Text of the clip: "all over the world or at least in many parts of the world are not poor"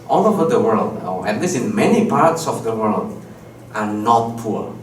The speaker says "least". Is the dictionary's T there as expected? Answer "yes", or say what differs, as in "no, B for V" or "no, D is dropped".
no, T is dropped